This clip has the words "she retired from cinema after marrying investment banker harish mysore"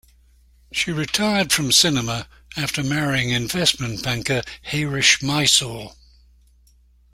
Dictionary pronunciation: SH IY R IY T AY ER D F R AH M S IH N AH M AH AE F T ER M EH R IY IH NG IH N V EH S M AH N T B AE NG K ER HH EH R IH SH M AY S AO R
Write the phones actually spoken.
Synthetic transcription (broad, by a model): SH IY R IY T AY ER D F R AH M S IH N AH M AH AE F T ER M EH R IY IH NG IH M V EH S M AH N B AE NG K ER HH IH R IH SH M AY S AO L